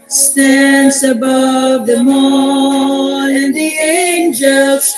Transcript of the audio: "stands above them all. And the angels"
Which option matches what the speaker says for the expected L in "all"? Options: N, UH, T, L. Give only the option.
N